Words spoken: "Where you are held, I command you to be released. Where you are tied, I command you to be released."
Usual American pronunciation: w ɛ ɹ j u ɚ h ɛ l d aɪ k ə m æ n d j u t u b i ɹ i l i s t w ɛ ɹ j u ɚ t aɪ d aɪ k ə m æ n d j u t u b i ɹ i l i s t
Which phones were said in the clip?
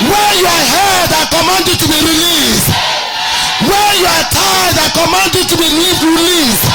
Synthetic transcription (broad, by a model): w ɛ j u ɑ h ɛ d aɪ k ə m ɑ n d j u t u b i ɹ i l i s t w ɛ j u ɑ t aɪ d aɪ k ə m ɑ n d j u t u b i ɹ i l i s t